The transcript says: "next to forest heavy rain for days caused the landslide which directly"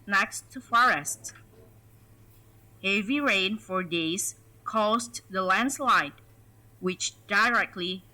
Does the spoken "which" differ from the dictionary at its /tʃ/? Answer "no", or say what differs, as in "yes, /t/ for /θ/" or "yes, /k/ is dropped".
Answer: no